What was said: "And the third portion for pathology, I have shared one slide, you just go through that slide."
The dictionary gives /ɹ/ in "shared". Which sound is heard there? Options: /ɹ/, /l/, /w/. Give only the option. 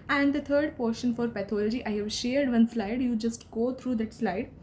/ɹ/